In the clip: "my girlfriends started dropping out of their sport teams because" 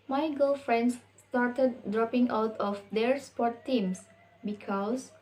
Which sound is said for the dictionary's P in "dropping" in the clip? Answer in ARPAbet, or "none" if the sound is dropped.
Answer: P